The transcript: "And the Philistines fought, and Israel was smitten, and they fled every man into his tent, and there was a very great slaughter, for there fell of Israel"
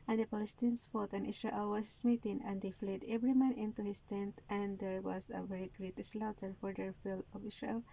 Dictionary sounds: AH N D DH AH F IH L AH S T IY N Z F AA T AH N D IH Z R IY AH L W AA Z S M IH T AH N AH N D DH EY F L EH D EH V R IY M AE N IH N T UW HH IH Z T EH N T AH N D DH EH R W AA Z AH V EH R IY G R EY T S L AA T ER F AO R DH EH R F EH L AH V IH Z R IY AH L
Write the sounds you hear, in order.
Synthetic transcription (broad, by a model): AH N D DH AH P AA L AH S T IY N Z F AA T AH N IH S R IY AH L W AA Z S M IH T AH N AH N D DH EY F L EH D EH V R IY M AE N IH N T UW HH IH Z T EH N T AH N D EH R W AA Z AH V EH R IY G R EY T S L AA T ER F AO R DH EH R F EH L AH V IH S R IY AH L